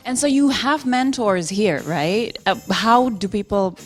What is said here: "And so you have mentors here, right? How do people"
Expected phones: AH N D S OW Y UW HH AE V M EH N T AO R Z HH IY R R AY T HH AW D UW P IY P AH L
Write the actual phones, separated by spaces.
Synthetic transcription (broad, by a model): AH N S OW Y UW HH AE V M EH N T AO R Z HH IY R R AY T HH AW D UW P IY P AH L